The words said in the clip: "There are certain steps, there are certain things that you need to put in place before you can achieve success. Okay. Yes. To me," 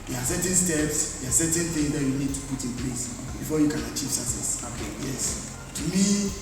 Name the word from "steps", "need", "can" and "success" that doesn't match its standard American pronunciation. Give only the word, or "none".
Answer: success